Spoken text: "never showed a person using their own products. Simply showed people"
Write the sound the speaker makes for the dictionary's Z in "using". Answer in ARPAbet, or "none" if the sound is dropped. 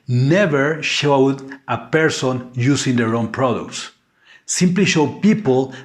S